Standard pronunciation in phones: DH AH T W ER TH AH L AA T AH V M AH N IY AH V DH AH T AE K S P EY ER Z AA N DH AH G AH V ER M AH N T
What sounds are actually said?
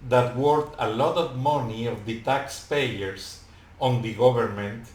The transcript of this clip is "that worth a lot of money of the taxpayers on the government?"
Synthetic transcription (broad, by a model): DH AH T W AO T AH L AA T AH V M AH N IY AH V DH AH T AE K S P EY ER S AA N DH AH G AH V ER M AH N T